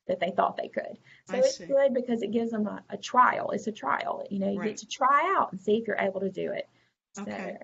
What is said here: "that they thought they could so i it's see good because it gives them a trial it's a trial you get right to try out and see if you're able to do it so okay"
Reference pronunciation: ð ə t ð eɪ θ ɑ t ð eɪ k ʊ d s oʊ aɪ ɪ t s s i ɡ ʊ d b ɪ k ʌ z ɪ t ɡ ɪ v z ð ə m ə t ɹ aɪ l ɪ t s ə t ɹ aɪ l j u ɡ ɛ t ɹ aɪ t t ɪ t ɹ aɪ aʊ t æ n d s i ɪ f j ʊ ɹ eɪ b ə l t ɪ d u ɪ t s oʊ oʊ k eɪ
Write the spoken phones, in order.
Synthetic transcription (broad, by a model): ð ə t ð eɪ θ ɑ t ð eɪ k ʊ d s oʊ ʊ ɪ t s s ɡ ʊ d b ɪ k ʌ z ɪ t ɡ ɪ v z ð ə m ə t ɹ aɪ l ɪ t s ə t ɹ aɪ l j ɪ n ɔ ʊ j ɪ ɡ t ɪ t ɹ aɪ aʊ t n s i ɪ f j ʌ ɹ eɪ b l t ɪ d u ɪ t s oʊ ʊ